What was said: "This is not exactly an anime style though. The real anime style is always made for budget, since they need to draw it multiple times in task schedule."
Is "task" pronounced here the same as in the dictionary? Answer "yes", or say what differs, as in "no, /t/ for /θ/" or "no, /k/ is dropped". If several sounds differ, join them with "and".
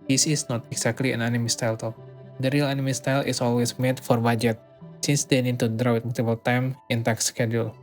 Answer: no, /s/ is dropped